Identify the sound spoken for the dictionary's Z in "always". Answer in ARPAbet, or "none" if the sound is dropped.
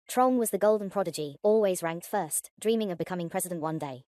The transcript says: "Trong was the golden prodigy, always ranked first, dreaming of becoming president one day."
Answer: Z